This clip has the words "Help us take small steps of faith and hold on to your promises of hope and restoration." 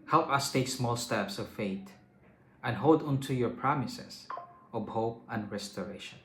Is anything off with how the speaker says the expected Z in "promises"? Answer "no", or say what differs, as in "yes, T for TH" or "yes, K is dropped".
yes, S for Z